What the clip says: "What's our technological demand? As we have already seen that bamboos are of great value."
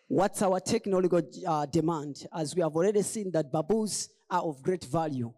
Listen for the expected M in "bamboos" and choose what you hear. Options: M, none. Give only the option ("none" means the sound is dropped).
none